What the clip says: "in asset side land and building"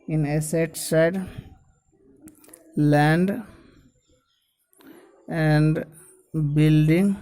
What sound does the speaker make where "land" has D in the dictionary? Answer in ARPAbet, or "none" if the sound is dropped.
D